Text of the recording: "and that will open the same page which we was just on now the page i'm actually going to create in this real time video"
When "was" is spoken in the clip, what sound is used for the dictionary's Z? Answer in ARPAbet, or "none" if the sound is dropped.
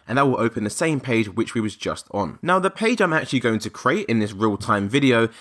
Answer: Z